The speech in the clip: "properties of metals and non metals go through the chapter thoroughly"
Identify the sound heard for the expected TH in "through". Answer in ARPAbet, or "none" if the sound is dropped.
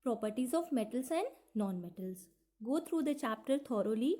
T